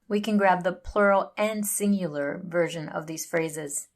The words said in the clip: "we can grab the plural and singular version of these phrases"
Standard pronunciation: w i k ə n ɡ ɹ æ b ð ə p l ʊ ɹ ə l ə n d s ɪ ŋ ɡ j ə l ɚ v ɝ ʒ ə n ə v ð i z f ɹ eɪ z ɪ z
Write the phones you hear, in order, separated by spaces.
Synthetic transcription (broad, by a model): w i k ə n ɡ ɹ æ b ð ə p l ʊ ɹ l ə n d s ɪ ŋ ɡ j l ɚ v ɝ ʒ ə n ə v ð i z f ɹ eɪ z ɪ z